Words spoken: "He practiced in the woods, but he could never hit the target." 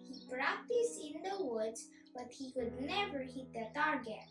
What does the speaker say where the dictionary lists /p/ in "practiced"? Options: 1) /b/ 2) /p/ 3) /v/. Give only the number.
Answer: 1